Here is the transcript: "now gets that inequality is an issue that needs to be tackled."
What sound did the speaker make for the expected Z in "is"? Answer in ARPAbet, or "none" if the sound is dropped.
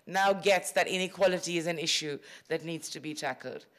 Z